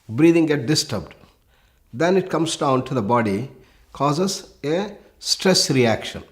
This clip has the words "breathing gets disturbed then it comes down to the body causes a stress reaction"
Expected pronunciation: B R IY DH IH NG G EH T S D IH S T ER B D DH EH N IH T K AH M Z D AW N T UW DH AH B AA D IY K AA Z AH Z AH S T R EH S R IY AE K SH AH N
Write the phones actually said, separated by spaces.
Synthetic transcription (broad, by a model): B R IY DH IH NG G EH T D IH S T ER B D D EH N IH T K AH M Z D AW N T UW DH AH B AA D IY K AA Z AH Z AH S T R EH S R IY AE K SH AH N